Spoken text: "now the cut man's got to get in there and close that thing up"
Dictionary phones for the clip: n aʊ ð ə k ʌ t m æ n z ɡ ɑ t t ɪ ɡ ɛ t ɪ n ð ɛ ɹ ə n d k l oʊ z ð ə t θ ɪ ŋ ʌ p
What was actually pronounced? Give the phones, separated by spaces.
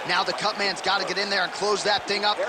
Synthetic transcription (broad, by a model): n aʊ ð ə k ʌ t m æ n z ɡ ɑ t t ɪ ɡ ɛ t ɪ n ð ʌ ɹ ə n k l oʊ z ð ə t θ ɪ ŋ ʌ p